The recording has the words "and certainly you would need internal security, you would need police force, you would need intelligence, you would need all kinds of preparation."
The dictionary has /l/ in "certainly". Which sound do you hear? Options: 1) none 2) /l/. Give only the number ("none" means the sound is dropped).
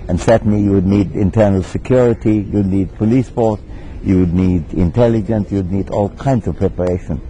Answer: 1